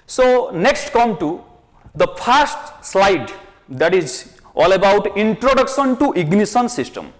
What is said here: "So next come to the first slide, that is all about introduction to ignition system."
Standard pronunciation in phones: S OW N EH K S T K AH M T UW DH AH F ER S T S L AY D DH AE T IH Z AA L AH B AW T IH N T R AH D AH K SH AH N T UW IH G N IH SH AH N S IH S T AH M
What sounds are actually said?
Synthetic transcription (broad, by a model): S OW N EH K S T K AH M T UW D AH P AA S T S L AY D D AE T IH Z AA L AH B AW T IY N T R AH D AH K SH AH N T UW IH G N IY S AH N S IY S T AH M